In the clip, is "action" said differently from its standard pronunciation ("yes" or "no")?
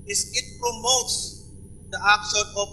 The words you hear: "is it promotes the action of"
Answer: yes